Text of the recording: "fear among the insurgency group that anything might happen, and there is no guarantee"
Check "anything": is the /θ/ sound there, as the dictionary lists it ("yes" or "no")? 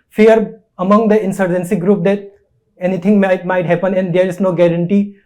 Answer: no